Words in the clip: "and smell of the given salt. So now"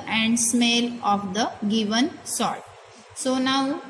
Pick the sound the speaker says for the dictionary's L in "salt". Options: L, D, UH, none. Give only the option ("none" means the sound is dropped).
none